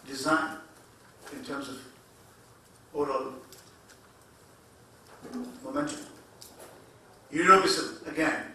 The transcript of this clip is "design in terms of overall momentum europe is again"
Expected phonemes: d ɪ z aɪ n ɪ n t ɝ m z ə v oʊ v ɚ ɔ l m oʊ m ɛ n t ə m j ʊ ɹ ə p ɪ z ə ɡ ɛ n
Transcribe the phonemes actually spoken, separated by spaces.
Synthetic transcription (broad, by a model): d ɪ z aɪ n ɪ n t ɝ m z ə v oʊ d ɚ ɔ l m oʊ m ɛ n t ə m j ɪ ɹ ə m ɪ s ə ɡ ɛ n